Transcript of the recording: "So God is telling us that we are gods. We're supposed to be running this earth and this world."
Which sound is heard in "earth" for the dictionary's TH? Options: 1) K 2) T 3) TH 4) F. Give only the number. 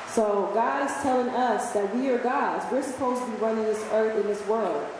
3